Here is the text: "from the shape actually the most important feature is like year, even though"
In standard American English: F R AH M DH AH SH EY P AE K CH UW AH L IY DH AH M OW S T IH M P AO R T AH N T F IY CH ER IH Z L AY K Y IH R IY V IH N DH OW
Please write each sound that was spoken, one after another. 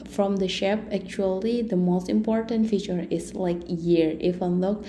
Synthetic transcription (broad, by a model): F R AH M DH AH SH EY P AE K CH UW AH L IY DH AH M OW S T IH M P AO R T AH N T F IY CH ER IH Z L AY K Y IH R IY F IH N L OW